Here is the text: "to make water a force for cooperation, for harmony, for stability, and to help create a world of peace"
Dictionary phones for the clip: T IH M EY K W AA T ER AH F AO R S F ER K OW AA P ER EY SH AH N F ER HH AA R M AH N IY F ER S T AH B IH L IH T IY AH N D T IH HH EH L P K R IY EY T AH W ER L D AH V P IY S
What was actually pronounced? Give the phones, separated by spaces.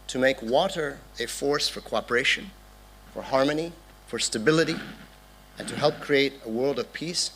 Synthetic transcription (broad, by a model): T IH M EY K W AA T ER AH F AO R S F ER K OW AA P ER EY SH AH N F ER HH AA R M AH N IY F ER S T AH B IH L IH T IY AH N T IH HH EH L P K R IY EY T AH W ER L D AH V P IY S